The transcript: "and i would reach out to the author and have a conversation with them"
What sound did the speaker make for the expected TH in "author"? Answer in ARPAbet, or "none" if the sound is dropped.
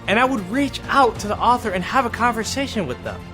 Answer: TH